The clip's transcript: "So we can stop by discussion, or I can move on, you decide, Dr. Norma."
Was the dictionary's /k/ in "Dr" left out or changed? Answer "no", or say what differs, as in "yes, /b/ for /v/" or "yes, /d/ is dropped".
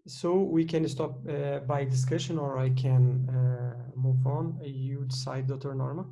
yes, /k/ is dropped